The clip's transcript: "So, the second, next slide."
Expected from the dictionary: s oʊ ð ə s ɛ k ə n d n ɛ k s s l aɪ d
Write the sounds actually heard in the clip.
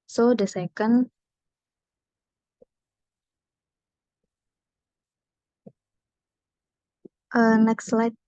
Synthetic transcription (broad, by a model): s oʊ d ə s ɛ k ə n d n ɛ k s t l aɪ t